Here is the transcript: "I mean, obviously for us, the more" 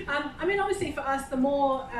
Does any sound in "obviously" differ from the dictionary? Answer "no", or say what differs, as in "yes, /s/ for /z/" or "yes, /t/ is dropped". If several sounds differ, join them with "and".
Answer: no